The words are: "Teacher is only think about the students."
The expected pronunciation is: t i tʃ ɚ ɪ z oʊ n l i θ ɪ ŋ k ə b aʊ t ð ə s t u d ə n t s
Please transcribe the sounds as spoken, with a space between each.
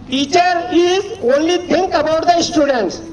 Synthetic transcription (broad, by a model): t i tʃ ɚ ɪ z oʊ n l i t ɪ ŋ k ə b aʊ t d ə s t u d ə n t s